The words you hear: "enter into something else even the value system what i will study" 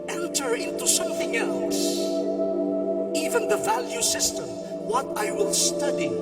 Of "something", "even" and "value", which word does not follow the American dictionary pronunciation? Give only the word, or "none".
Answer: none